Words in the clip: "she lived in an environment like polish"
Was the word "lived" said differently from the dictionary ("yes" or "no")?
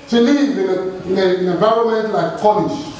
yes